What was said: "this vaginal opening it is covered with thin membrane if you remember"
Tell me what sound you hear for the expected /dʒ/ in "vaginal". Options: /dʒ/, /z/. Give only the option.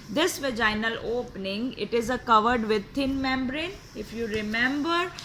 /dʒ/